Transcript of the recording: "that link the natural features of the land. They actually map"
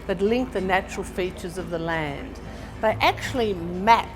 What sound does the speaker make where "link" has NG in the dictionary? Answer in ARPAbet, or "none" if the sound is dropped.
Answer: NG